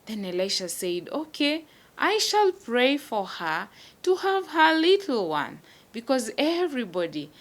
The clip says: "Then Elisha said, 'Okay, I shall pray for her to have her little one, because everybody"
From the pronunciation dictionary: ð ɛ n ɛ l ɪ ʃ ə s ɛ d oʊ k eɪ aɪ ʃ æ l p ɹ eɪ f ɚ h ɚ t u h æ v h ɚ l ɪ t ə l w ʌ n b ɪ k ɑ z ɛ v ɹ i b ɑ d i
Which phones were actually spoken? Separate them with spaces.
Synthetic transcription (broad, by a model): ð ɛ n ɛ l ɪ ʃ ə s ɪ d oʊ k eɪ aɪ ʃ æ l p ɹ eɪ f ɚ h ɚ t u h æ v h ɚ l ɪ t l w ʌ n b ɪ k ɑ z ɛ v ɹ i b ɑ d i